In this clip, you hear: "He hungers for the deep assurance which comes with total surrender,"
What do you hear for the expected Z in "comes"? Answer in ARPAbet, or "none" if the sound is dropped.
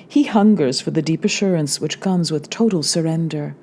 Z